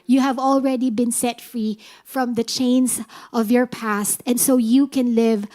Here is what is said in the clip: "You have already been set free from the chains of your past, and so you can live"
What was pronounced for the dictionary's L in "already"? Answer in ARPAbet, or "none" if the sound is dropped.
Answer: L